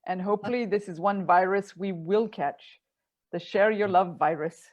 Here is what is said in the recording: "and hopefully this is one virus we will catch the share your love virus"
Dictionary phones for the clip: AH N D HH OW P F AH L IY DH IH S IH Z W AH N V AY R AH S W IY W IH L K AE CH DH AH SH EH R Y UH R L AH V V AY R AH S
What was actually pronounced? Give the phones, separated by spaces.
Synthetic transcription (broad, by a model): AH N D HH OW P F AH L IY DH IH S IH Z W AH N V AY R AH S W IY W IH L K AE CH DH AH SH EH R Y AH R L AH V V AY R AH S